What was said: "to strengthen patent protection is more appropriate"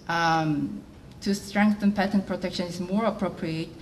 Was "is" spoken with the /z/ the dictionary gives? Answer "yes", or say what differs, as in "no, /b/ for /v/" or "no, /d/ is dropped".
no, /s/ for /z/